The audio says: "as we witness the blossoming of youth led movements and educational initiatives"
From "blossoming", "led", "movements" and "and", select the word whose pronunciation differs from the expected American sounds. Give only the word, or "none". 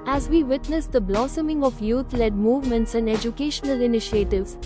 none